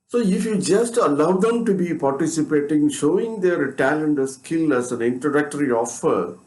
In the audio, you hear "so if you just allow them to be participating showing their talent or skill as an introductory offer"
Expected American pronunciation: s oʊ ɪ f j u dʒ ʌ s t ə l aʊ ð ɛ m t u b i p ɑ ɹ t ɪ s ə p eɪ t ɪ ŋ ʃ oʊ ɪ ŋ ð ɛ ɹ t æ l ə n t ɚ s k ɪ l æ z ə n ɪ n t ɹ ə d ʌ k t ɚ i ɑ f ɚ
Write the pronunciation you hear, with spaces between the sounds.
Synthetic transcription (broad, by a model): s oʊ ɪ f j u dʒ ʌ s t ə l aʊ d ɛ m t u b i p ɑ ɹ t ɪ s ə p eɪ t ɪ ŋ ʃ oʊ ɪ ŋ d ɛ ɹ t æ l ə n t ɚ s k ɪ l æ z ə n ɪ n t ə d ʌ k t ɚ i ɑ f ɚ